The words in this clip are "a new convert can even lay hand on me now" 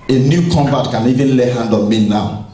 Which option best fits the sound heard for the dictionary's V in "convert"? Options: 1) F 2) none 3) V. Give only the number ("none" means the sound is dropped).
2